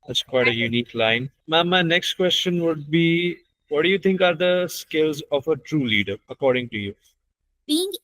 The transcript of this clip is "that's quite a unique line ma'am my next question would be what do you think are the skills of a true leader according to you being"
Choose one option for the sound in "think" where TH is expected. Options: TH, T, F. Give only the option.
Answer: T